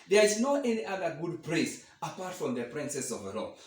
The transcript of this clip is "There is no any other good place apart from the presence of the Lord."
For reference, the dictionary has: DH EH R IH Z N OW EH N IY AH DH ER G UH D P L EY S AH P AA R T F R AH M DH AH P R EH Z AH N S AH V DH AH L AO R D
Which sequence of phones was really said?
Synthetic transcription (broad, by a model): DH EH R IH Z N OW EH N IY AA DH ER G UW D P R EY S AH P AA R T F R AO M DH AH P R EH S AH S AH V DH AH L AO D